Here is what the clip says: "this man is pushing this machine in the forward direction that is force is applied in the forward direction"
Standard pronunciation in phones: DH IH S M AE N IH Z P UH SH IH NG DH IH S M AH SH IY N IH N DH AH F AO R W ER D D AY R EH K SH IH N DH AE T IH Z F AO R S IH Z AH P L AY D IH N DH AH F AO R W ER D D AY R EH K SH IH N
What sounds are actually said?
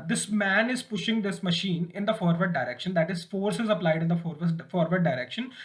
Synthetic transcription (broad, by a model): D IH S M AE N IH Z P UH SH IH NG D IH S M AH SH IY N IH N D AH F AO R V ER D D AY R EH K SH IH N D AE T IH Z F AO R S IH Z AH P L AY D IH N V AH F AO R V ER D D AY R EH K SH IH N